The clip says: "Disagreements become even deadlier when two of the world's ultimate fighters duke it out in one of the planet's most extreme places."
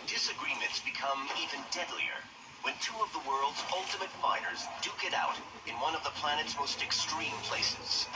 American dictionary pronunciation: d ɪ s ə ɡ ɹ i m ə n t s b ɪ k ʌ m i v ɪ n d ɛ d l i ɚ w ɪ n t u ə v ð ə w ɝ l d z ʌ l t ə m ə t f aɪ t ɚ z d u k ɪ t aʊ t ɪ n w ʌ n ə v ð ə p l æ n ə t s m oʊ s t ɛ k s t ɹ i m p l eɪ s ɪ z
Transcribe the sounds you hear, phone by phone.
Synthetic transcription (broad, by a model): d ɪ s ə ɡ ɹ i m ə n t s b ɪ k ʌ m i v ɪ n d ɛ d l i ɚ w ɪ n t u ə v ð ə w ɝ l d z ʌ l t ə m ə t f aɪ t ɚ z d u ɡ ɪ t aʊ t ɪ n w ʌ n ə v ð ə p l æ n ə t s m oʊ s t ɛ k s t ɹ i m p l eɪ s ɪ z